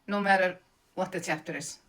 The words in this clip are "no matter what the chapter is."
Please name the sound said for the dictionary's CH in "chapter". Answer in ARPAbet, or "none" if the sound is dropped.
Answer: S